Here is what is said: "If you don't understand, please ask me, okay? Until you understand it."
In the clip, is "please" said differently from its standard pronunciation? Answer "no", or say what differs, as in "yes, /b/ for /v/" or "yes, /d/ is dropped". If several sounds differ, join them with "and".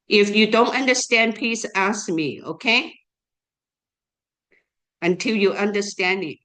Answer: yes, /s/ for /z/